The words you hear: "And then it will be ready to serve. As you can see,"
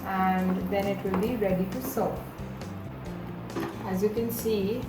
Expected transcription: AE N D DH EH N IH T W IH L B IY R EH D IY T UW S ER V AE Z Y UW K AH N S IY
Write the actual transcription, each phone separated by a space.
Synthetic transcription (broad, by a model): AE N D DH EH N IH T W IH L B IY R EH D IY T UW S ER AE Z Y UW K AH N S IY